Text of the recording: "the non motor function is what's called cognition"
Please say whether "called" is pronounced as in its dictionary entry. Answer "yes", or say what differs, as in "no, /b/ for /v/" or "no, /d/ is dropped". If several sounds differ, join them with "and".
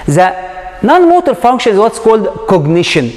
yes